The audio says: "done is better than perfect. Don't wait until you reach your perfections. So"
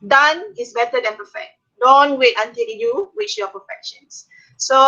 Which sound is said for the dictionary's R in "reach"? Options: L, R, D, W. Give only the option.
W